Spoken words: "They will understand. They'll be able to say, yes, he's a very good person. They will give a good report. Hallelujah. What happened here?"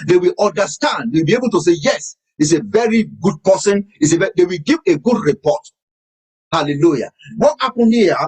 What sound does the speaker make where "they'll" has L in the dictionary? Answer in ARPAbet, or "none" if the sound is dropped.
W